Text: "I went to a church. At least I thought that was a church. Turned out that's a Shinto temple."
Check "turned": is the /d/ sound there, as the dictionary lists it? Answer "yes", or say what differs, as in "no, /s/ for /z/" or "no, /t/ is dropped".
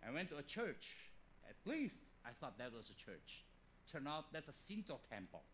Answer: no, /d/ is dropped